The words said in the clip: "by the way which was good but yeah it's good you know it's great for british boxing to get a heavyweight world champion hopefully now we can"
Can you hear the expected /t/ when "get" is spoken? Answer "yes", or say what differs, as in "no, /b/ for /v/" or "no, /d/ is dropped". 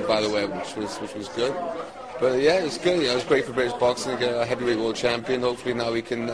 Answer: no, /t/ is dropped